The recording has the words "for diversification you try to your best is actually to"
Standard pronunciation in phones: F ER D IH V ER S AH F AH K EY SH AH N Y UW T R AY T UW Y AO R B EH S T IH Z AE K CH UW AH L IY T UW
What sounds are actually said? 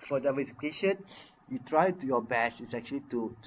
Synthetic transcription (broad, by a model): F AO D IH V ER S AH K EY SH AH N Y UW T R AY T UW Y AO B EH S IH S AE K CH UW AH L IY T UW